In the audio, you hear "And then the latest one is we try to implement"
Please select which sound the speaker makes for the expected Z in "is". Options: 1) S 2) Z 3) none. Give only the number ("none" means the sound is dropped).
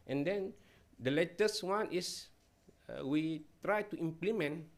1